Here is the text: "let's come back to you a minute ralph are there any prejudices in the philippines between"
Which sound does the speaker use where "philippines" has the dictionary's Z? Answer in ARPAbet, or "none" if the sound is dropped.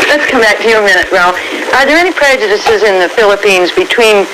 Z